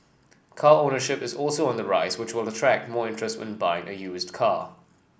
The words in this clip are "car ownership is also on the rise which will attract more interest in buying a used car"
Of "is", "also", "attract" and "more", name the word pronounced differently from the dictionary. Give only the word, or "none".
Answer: none